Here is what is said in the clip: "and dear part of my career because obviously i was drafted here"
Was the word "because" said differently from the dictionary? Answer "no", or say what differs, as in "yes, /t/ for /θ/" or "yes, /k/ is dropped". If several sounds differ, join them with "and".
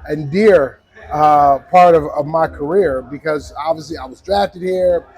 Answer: no